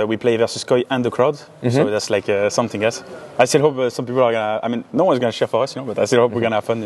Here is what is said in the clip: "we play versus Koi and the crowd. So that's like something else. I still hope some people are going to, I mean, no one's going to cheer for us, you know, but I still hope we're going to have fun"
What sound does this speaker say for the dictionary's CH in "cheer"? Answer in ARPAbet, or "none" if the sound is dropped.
SH